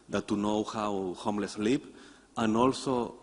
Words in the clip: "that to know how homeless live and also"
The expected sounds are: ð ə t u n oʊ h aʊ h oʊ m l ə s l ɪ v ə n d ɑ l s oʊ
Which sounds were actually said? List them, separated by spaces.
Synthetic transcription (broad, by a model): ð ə t u n oʊ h aʊ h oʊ m l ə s l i p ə n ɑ l s oʊ